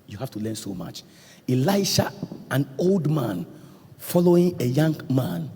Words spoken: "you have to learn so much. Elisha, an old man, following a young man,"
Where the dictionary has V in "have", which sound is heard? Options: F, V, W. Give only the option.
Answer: F